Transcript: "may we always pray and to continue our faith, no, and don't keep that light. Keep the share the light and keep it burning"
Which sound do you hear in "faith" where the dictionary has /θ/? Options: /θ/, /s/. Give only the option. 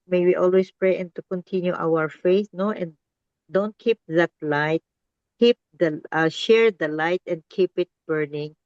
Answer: /s/